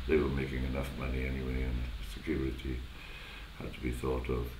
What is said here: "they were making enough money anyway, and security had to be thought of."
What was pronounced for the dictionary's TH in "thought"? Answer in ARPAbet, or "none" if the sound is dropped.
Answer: TH